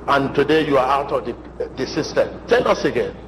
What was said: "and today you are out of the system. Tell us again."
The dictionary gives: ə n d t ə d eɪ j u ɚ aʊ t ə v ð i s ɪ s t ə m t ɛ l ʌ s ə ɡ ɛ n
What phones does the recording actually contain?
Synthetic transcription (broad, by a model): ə n t ə d eɪ j u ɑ aʊ t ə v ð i s ɪ s t ə m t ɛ n ʌ s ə ɡ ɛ n